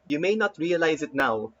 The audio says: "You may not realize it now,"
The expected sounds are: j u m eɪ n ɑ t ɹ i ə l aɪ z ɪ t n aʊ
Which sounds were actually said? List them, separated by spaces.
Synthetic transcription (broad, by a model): j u m eɪ n ɑ t ɹ i ə l aɪ z ɪ t n aʊ